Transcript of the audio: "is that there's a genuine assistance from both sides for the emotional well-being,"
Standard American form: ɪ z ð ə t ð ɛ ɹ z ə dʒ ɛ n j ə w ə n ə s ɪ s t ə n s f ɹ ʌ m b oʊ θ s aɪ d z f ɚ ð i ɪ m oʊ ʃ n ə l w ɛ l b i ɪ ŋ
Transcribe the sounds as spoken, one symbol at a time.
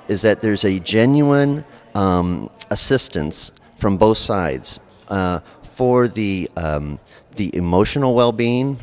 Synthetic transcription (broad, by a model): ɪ z ð ə t ð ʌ ɹ z ə dʒ ɛ n j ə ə n ə s ɪ s t ə n s f ɹ ʌ m b oʊ θ s aɪ d z f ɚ ð i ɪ m oʊ ʃ n l w ɛ l b i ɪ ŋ